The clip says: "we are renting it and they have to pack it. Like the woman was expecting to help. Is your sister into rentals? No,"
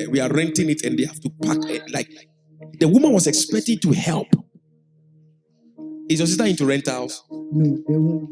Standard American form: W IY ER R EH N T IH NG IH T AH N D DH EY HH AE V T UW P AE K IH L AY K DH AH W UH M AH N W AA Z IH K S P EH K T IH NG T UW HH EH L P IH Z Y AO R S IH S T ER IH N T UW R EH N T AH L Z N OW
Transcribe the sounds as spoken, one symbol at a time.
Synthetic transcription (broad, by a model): W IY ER R EH N T IH NG IH T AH N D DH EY HH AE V T UW P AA K L AY K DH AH W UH M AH N W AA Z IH K S P EH K T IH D T UW HH EH L P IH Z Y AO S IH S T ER IH N T UW R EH N T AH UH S